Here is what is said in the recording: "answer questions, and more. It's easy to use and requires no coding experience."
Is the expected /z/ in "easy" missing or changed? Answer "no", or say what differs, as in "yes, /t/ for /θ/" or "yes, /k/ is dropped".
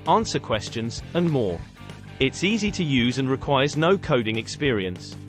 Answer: no